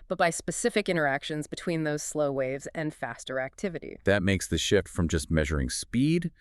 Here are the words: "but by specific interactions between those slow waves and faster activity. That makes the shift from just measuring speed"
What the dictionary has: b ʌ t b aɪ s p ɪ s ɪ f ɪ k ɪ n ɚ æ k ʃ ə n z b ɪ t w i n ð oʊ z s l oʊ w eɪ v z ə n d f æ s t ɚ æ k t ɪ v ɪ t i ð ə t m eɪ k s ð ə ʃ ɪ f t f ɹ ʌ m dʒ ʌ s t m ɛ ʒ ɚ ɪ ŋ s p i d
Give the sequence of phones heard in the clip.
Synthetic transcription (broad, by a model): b ʌ t b aɪ s p ɪ s ɪ f ɪ k ɪ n ɚ æ k ʃ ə n z b ɪ t w i n ð oʊ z s l oʊ w eɪ v z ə n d f æ s t ɚ æ k t ɪ v ɪ t i ð ə t m eɪ k s ð ə ʃ ɪ f t f ɹ ʌ m dʒ ʌ s t m ɛ ʒ ɚ ɪ ŋ s p i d